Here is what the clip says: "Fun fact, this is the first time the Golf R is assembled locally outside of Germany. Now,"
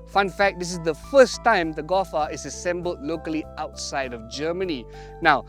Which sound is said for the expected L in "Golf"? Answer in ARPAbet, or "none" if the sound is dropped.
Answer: none